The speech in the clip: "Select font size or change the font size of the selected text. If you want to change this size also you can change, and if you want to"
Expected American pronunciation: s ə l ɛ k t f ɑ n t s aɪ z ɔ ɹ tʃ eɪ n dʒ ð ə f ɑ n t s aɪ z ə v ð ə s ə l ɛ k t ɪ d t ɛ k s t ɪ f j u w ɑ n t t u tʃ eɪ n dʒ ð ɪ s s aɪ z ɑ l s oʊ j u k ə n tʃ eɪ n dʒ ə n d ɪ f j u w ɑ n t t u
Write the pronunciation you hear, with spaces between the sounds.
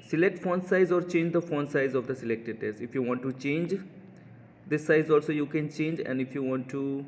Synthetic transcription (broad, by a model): s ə l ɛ k t f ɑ n s aɪ z ɔ ɹ tʃ eɪ n dʒ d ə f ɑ n s aɪ z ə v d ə s ə l ɛ k t ɪ d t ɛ s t ɪ f j u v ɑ n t t u tʃ eɪ n dʒ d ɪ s s aɪ z ɑ l s oʊ j u k ə n tʃ eɪ n dʒ ə n d ɪ f j u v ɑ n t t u